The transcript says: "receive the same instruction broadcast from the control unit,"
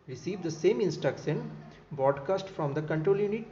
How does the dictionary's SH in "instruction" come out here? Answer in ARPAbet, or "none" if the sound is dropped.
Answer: S